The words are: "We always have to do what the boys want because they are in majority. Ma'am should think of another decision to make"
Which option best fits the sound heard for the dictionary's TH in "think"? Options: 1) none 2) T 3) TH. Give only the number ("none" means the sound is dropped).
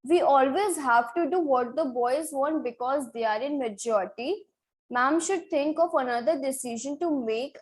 2